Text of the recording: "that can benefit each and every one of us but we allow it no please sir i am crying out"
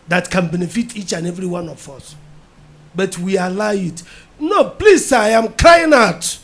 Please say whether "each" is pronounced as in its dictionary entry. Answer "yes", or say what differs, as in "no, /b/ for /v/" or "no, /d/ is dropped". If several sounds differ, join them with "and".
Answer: yes